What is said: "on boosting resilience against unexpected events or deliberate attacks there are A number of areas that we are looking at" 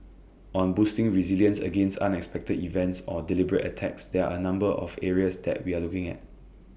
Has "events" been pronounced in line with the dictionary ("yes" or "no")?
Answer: yes